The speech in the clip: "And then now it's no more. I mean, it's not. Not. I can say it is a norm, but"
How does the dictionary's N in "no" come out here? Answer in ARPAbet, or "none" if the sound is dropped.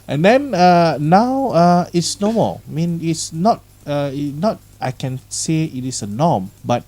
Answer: N